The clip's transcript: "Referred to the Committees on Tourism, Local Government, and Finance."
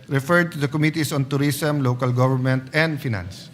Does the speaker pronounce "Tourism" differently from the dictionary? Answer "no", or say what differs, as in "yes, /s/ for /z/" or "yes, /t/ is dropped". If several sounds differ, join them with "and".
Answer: yes, /s/ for /z/